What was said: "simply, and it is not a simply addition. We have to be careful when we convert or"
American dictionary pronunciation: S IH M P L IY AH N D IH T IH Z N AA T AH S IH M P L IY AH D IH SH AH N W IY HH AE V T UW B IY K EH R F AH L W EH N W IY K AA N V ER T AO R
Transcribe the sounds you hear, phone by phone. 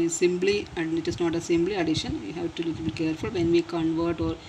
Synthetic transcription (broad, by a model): S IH M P L IY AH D IH T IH S N AA T AH S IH M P L IY AH D IH SH AH N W IY HH AE V T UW B IY K EH R F AH L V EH N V IY K AA N V ER T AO R